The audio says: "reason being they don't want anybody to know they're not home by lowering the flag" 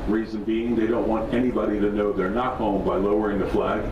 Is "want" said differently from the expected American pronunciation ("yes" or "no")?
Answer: no